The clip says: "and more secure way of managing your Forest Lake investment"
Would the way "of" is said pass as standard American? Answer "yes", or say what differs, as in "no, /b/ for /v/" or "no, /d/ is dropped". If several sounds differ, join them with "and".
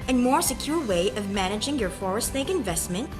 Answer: yes